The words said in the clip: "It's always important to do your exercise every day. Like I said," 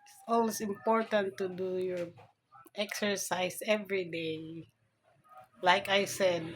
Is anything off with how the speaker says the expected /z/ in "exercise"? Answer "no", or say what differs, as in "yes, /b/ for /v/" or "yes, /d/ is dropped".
yes, /s/ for /z/